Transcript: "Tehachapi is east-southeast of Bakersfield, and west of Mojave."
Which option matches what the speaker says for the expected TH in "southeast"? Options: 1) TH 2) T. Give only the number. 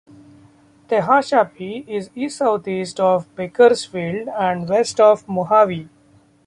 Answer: 2